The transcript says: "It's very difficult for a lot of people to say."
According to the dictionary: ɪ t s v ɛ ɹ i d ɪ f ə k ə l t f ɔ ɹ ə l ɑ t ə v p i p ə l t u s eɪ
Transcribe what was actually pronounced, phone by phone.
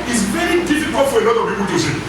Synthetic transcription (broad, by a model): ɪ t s v ɛ ɹ i d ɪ f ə k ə l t f ɔ ɹ ə n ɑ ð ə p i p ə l t u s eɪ